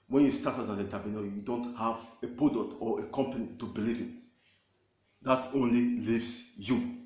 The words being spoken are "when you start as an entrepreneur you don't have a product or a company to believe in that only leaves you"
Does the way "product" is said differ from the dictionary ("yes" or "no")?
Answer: yes